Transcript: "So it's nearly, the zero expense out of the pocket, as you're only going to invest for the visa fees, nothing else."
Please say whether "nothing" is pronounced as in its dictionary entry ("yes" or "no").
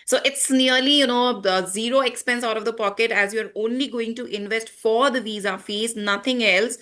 no